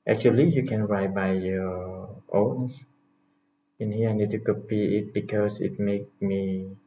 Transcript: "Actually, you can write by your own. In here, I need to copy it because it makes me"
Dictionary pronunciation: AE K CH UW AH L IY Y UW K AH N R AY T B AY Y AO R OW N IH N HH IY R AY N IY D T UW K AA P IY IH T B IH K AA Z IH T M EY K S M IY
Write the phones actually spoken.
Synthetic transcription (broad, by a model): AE K CH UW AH L IY Y UW K AH N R AY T B AY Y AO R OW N IH N HH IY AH AY N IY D T UW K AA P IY IH T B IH K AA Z IH T M EY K M IY